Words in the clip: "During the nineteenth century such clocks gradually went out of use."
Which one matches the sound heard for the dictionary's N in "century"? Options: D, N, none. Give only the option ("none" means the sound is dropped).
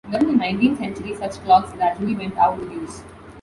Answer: N